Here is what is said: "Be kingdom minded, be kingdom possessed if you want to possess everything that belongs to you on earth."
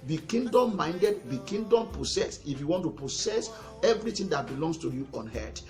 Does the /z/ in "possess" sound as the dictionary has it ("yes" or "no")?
no